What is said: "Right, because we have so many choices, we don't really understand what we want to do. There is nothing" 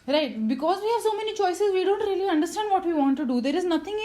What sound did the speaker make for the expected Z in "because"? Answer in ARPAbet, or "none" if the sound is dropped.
Z